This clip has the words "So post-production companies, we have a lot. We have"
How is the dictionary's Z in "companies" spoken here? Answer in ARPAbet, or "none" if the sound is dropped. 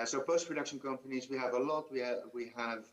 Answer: Z